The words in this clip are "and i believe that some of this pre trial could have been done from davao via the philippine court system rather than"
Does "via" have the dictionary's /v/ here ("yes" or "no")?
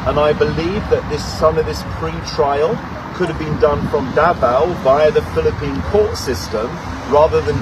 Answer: no